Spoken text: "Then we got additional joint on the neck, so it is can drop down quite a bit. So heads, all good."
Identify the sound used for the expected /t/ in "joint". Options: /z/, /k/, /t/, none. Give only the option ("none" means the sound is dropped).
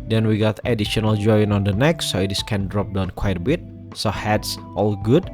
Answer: none